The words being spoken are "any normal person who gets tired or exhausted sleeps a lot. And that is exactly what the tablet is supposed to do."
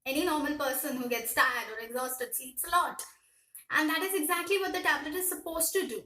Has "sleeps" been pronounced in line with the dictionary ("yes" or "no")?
no